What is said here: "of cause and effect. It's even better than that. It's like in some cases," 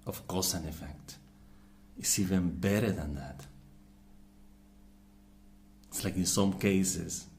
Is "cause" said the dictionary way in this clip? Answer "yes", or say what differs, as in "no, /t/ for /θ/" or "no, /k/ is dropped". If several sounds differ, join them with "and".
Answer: no, /s/ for /z/